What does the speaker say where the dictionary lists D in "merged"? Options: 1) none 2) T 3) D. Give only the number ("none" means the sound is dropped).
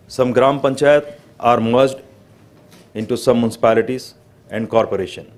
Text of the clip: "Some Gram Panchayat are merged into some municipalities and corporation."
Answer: 3